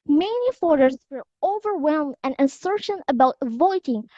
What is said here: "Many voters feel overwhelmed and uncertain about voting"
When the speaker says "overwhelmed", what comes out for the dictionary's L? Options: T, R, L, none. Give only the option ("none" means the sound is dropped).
L